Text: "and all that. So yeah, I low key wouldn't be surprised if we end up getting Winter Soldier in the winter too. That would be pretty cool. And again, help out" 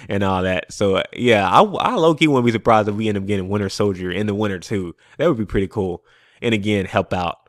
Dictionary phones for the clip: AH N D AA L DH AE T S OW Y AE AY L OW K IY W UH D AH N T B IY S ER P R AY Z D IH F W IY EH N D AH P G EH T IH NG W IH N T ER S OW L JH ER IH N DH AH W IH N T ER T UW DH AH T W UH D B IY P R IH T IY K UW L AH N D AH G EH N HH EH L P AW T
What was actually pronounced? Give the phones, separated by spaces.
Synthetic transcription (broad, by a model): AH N AA L DH AE T S OW Y AE AY L OW K IY W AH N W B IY S ER P R AY Z D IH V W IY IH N AH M G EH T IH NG W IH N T ER S OW L JH ER IH N DH AH W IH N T ER T UW DH AH T W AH D B IY P R IH T IY K UW L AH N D AH G EH N HH EH L P AW T